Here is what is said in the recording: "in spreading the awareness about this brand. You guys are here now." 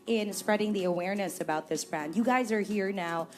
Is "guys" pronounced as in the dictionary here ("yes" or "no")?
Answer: yes